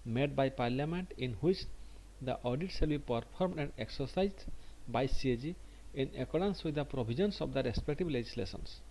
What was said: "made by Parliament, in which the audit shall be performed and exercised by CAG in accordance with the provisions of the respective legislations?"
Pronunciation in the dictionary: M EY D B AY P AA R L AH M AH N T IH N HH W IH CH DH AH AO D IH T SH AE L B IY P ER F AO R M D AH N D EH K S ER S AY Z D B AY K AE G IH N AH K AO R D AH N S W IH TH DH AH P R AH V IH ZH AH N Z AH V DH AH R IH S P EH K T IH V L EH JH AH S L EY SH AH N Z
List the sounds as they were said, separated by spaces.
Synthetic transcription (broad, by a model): M EY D B AY P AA R L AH M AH N T IH N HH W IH CH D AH AO D IH T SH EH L B IY P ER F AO R M D AH N D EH K S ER S AY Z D B AY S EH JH IH N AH K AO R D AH N S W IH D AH P R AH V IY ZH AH N S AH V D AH R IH S P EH K T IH B L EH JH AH S L EY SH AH N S